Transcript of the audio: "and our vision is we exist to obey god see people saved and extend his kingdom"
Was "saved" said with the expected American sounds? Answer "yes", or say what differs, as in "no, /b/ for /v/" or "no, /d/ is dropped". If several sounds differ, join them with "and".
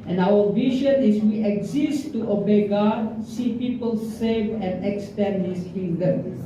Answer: no, /d/ is dropped